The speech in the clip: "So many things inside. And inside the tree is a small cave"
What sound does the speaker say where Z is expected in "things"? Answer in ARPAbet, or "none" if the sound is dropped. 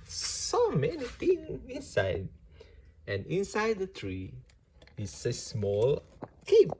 none